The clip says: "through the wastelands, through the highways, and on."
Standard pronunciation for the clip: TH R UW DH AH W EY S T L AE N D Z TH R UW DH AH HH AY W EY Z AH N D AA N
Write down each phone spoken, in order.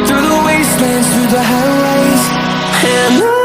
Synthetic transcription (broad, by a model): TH R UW DH AH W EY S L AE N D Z TH R UW DH AH HH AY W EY AH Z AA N